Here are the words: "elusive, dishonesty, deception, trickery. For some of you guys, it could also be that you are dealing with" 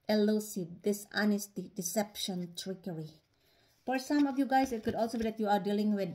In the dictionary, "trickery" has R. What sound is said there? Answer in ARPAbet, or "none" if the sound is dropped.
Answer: R